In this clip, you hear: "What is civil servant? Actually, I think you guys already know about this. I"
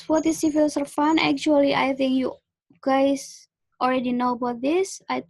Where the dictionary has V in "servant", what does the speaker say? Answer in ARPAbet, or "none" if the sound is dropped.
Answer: F